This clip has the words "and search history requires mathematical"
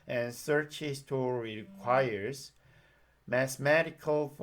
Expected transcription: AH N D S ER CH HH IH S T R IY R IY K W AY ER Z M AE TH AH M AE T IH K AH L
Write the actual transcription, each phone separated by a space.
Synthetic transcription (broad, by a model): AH N S ER CH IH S T IY R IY K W AY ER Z M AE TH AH M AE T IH K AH L